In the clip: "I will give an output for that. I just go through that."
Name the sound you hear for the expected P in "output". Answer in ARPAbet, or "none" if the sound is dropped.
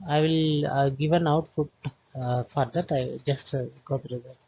F